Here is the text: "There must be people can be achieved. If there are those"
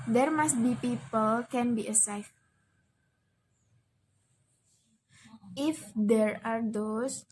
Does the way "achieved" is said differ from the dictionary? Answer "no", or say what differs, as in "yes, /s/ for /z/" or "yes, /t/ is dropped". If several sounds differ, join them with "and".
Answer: yes, /s/ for /tʃ/